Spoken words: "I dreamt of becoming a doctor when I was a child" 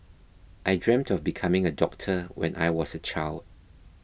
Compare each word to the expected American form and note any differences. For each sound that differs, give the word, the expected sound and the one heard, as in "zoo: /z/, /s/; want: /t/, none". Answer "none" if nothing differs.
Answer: none